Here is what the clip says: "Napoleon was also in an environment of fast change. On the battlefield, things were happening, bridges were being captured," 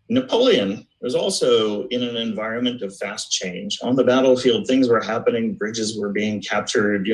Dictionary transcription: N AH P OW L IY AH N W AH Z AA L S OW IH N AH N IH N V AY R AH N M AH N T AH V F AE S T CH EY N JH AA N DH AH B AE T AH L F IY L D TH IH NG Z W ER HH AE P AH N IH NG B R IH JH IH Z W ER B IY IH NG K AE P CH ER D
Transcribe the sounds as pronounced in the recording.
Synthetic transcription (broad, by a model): N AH P OW L IY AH N W AH Z AA L S OW IH N AH N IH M V AY R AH N M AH N T AH V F AE S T CH EY N JH N DH AH B AE T L F IY L D TH IH NG Z W ER HH AE P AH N IH NG B R IH JH IH Z W ER B IY IH NG K AE P CH ER D